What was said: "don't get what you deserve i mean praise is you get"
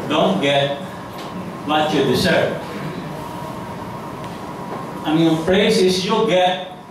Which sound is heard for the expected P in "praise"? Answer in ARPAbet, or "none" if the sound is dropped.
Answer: F